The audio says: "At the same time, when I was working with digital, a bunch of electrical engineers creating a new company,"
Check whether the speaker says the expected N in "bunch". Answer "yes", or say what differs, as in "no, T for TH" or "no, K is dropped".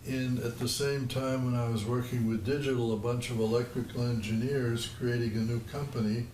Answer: yes